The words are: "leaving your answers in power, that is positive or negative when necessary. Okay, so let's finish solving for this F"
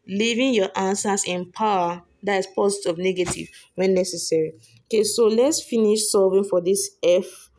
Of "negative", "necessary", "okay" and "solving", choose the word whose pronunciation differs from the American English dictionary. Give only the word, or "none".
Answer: solving